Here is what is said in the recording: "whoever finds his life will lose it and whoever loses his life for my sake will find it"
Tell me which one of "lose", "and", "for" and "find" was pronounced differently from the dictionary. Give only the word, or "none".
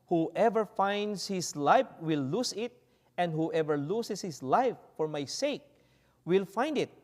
lose